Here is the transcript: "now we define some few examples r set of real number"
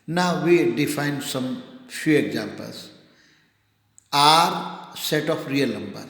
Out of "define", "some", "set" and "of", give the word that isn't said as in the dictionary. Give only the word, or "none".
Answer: of